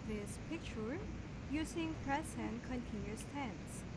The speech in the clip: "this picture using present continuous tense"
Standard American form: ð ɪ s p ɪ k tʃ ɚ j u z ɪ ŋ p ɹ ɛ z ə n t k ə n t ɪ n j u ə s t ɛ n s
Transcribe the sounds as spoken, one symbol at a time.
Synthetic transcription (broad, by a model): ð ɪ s p ɪ k tʃ ɚ j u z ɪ ŋ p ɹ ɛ s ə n k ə n t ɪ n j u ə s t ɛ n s